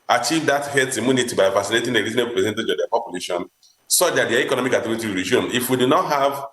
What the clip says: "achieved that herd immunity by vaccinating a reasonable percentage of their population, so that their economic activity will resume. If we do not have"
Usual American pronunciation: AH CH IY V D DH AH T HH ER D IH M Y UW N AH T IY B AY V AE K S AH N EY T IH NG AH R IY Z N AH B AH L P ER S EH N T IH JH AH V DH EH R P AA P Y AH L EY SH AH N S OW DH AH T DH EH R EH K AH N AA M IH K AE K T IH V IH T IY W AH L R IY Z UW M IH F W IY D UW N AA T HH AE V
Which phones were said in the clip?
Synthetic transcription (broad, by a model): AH CH IY V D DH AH T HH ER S IH M Y UW N AH T IY B AY V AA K S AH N EY T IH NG AH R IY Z AH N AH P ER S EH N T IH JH AH V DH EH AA P AA P Y AH L EY SH AH N S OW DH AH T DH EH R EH K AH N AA M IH K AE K T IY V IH T IY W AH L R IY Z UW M IH F W IY D UW N AA T HH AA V